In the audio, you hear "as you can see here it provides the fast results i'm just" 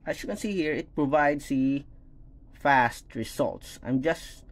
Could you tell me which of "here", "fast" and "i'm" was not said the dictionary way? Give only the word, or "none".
none